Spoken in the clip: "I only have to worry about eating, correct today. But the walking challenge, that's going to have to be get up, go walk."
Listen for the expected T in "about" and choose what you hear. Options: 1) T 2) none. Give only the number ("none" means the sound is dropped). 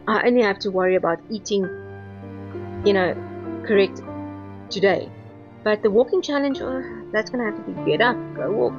1